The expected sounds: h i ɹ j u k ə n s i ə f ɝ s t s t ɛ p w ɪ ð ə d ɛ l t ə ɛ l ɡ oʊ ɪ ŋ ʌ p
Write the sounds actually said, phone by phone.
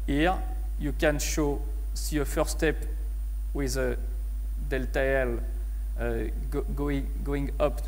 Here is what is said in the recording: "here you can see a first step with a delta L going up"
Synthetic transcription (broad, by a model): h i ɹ j u k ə n s i ə f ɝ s s t ɛ p w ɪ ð ə d ɛ l t ə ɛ l ɡ oʊ ɪ ŋ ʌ p